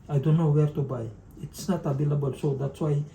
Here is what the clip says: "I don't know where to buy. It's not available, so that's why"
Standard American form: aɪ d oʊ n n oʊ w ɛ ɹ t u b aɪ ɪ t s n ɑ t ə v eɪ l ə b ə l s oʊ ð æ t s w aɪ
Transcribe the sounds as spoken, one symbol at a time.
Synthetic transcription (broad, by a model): aɪ d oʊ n n oʊ w ɛ ɹ t u b aɪ ɪ t s n ɑ t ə b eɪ l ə b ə l s oʊ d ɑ t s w aɪ